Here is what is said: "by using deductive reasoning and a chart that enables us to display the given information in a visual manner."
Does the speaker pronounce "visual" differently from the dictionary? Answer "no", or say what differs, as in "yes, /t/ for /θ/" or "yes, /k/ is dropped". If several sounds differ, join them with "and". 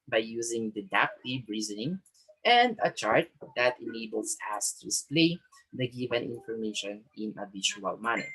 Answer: yes, /b/ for /v/ and /ʃ/ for /ʒ/